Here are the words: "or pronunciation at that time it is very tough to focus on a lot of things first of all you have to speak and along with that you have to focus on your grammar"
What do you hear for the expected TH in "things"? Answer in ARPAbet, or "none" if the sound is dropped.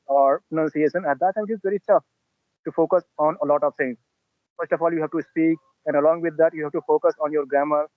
S